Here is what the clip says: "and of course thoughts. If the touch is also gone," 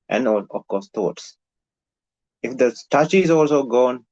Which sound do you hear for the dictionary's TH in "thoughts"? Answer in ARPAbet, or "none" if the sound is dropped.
T